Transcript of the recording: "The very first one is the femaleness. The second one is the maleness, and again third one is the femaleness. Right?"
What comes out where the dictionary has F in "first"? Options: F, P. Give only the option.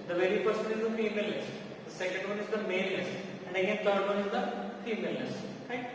P